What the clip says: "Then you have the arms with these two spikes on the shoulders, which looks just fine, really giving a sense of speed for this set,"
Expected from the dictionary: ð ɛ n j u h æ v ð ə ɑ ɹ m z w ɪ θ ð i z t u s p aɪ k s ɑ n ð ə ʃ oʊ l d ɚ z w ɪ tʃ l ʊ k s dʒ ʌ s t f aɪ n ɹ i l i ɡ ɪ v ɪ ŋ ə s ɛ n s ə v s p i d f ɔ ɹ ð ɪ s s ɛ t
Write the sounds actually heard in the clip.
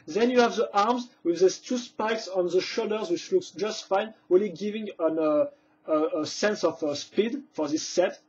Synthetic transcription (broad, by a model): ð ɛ n j u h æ v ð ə ɑ ɹ m z w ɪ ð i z t u s p aɪ k s ɑ n ð ə ʃ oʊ d ɚ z w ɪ tʃ l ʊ k s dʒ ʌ s t f aɪ n ɹ i l i ɡ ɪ v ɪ ŋ ə s ɛ n s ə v s p i d f ɔ ɹ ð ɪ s s ɛ t